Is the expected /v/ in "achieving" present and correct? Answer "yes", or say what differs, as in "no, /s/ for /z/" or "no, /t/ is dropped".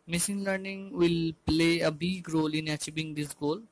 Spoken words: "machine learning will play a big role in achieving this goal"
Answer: no, /b/ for /v/